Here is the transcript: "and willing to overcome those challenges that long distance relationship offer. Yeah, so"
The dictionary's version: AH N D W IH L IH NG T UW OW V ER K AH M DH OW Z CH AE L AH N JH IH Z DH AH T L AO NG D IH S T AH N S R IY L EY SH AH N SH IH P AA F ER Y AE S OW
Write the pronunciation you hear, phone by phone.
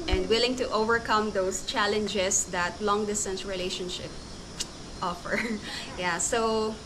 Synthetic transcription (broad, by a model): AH N D W IH L IH NG T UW OW V ER K AH M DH OW S CH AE L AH N JH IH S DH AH T L AO NG D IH S T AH N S R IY L EY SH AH N SH IH P AA F ER Y AE S OW